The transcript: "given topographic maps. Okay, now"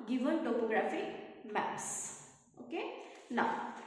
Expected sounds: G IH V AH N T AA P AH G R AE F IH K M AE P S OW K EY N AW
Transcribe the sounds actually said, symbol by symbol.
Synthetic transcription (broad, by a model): G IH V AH N T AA P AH G R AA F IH M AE S OW K EY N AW